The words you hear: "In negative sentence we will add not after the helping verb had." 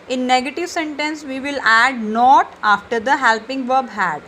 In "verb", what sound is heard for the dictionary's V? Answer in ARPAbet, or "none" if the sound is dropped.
V